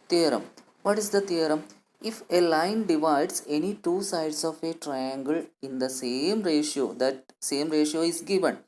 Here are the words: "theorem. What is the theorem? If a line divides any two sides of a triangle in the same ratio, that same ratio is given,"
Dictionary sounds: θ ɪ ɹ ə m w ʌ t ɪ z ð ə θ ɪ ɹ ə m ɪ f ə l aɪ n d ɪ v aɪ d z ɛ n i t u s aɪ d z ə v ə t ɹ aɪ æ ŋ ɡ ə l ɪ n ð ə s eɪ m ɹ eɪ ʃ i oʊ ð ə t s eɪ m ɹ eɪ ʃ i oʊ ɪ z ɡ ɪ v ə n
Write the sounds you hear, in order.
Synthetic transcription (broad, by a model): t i ɹ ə m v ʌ t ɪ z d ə t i ɹ ə m ɪ f ə l aɪ n d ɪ v aɪ d s ɛ n i t u s aɪ d s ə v ə t ɹ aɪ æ ŋ ɡ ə l ɪ n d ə s eɪ m ɹ eɪ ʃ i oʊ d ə t s eɪ m ɹ eɪ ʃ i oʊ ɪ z ɡ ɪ v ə n